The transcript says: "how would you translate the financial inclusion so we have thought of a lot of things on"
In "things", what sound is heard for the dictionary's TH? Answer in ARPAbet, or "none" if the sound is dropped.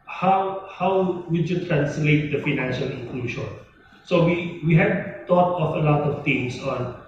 T